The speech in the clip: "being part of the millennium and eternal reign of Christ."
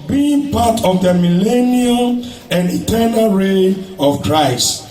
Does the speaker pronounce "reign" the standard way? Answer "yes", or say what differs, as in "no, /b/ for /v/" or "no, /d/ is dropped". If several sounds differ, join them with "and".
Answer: no, /n/ is dropped